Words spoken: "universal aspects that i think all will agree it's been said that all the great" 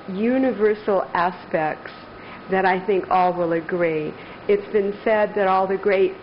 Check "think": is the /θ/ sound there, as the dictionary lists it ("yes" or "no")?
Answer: yes